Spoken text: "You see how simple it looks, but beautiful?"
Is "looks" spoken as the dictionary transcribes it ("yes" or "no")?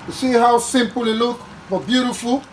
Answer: no